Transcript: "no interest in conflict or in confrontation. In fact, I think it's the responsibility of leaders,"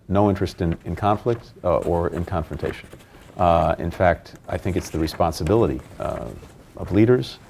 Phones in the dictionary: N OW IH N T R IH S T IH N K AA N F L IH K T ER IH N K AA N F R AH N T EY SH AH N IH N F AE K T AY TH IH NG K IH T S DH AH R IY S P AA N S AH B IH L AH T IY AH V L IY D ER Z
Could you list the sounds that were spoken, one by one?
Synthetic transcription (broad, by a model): N OW IH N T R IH S T IH N K AA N F L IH K T ER IH N K AA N F R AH N T EY SH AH N IH N F AE K T AY TH IH NG K IH T S DH AH R IY S P AA N S AH B IH L AH T IY AH V L IY D ER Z